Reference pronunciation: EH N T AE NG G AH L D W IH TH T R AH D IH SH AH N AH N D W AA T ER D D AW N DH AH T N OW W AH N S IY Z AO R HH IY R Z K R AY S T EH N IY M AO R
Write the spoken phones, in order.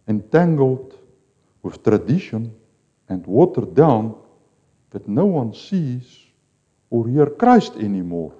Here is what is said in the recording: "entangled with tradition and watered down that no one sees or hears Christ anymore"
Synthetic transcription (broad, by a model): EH N T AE NG G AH L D W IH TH T R AH D IH SH AH N AH N D W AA T ER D D AW N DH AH T N OW W AH N S IY Z AO R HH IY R K R AY S T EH N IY M AO R